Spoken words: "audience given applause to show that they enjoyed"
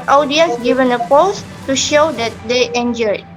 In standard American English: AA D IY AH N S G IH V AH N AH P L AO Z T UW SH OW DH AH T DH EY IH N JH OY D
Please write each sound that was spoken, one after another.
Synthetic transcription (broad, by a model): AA D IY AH N S G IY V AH N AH P AO S T UW SH OW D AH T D EY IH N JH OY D